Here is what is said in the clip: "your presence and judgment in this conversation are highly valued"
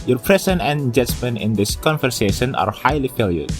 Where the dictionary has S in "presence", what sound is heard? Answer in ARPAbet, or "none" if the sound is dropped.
none